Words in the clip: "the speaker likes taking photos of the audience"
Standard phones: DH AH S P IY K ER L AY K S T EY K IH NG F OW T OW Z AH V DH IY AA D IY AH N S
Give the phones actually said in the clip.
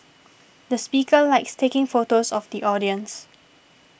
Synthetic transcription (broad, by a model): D AH S P IY K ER L AY K S T EY K IH NG F OW T OW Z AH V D IY AA D IY AH N S